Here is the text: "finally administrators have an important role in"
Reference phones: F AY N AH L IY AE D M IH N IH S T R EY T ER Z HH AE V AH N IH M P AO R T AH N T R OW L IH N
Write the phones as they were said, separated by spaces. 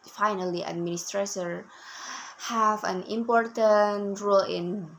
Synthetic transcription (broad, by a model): F AY N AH L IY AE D M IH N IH S T R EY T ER HH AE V AH N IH M P AO R T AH N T R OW L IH N